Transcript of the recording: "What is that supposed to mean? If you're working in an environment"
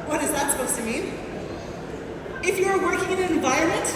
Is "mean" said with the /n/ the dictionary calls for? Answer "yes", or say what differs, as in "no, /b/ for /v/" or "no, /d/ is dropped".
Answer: no, /n/ is dropped